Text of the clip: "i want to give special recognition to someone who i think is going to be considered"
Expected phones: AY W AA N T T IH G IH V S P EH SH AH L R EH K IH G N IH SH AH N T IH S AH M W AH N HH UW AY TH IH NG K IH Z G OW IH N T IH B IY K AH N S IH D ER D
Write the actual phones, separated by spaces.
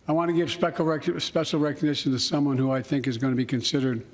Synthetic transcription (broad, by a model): AY W AA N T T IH G IH V S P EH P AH L R EH K IH G N IH SH AH N T IH S AH M W AH N HH UW AY TH IH NG K IH Z G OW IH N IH B IY K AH N S IH D ER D